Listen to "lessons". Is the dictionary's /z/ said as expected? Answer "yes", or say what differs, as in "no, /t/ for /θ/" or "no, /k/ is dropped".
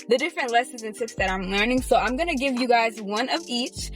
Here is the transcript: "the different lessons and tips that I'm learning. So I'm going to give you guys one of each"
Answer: yes